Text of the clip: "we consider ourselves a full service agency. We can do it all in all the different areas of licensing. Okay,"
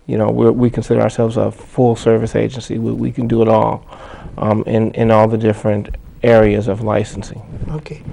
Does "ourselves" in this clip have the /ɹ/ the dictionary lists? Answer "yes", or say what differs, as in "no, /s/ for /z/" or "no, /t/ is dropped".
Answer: yes